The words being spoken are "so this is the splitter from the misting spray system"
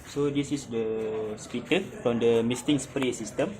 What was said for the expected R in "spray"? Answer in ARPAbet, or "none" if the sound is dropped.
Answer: R